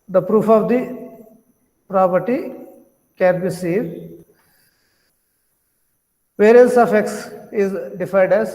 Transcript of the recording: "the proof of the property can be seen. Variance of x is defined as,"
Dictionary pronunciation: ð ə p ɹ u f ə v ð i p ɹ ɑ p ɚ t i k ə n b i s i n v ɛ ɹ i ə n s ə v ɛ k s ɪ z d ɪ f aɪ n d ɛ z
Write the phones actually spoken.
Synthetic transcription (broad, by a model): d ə p ɹ u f ə v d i p ɹ ɑ p ɚ t i k ə n b i s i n v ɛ ɹ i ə s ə f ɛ k s ɪ z d ɪ f aɪ n d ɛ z